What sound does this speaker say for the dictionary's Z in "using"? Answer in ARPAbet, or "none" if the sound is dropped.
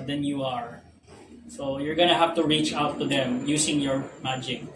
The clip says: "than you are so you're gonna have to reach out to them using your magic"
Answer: S